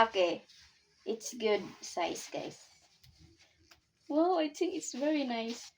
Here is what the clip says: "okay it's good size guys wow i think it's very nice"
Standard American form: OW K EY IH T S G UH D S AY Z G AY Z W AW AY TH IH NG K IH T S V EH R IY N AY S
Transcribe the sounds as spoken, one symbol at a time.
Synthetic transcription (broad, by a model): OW K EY IH T S G UH D S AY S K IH S W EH AY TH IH NG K IH T S V EH R IY N AY S